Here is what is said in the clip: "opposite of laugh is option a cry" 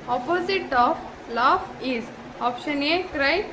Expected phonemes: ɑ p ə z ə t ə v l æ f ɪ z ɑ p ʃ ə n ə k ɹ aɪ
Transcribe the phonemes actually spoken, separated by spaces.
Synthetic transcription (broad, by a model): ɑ p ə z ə t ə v l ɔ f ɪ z ɑ p ʃ ə n ə k ɹ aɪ